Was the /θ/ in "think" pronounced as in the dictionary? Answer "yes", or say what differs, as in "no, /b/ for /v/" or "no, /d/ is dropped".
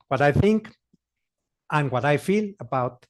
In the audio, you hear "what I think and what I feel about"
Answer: yes